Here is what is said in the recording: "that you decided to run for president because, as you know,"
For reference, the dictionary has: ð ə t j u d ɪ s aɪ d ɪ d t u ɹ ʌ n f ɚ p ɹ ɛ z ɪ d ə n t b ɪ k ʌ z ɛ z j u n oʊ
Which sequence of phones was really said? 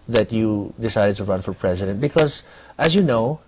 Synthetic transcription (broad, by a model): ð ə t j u d ɪ s aɪ d ɪ d t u ɹ ʌ n f ɚ p ɹ ɛ z ɪ d ə n t b ɪ k ʌ z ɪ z j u n oʊ